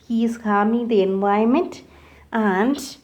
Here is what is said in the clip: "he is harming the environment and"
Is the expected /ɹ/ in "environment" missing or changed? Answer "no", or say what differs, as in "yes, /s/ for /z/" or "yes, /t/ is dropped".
yes, /ɹ/ is dropped